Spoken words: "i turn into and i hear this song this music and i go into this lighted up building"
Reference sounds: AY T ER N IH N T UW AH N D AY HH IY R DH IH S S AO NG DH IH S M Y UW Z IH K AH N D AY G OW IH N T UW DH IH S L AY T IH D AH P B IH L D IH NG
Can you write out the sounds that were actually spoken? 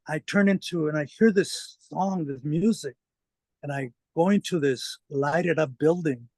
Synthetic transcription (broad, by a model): AY T ER N IH N T UW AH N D AY HH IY R DH IH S S AO NG DH IH S M Y UW Z IH K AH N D AY G OW IH N T UW DH IH S L AY T IH D AH P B IH L D IH NG